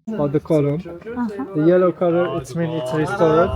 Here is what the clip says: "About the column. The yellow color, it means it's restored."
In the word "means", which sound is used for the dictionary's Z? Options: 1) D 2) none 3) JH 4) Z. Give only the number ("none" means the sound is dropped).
2